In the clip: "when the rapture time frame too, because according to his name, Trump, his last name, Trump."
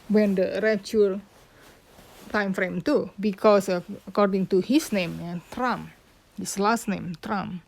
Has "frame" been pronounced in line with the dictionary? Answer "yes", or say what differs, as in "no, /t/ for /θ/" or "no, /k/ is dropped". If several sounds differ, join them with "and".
yes